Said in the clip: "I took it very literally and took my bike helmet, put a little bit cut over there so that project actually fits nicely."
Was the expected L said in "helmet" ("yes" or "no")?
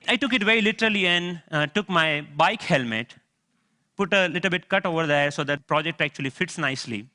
yes